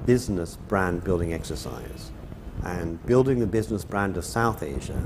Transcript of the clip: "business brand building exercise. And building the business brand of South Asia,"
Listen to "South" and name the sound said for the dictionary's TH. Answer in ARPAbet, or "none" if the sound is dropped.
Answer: TH